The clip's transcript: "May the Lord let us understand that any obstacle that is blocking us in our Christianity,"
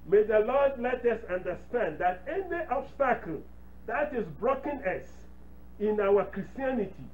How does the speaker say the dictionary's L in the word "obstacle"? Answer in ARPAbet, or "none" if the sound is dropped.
L